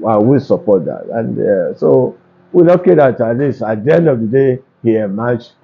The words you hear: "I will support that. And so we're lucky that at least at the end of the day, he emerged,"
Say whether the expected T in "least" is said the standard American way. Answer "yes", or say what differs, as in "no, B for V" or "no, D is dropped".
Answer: no, T is dropped